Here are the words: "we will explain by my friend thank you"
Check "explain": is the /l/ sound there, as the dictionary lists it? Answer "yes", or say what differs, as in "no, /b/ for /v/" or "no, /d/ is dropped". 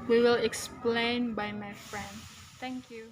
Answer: yes